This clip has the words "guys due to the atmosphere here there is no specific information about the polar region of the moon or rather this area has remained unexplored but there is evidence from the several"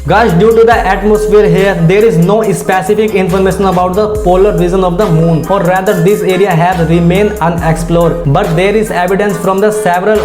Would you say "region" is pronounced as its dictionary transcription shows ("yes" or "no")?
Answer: no